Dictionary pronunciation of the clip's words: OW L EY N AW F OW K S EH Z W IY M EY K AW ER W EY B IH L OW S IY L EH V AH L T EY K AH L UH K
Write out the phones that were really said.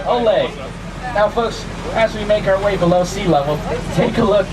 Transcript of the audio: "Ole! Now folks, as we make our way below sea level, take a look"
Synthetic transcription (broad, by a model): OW L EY N AW F OW K S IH Z W IY M EY K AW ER W EY B IH L OW S IY L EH W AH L T EY K AH L UH K